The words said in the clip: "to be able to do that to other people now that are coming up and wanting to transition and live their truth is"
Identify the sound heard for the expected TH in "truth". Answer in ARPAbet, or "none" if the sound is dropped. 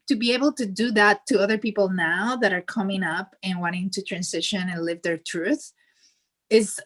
TH